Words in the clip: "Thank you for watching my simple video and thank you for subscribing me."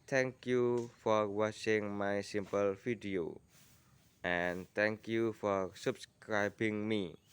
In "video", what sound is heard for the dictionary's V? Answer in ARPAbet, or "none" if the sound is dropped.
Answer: F